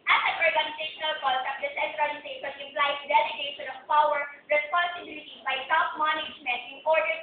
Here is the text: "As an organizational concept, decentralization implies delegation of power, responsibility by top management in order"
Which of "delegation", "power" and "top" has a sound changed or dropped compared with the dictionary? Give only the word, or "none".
top